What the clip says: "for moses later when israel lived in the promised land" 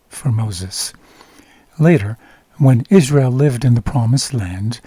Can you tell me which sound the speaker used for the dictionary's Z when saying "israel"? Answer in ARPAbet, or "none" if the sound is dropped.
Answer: Z